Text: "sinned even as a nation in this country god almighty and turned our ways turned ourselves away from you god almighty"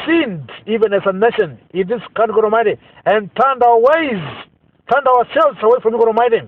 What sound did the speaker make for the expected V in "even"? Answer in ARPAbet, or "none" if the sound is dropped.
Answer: V